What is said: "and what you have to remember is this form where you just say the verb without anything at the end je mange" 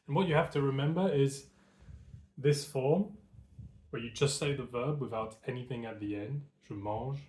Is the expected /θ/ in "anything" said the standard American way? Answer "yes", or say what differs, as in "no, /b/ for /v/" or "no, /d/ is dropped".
yes